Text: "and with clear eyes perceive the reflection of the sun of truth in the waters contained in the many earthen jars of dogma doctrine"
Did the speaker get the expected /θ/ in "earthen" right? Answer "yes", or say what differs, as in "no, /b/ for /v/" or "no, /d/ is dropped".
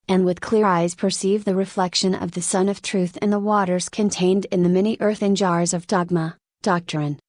yes